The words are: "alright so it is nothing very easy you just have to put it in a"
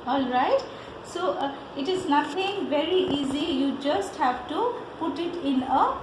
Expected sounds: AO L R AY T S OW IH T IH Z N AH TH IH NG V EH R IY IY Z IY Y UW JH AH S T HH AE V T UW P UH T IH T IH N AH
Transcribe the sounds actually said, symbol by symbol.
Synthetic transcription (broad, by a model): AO L R AY T S OW IH T IH Z N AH T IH NG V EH R IY IY Z IY Y UW JH AH S T HH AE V T UW P UH T IH T IH N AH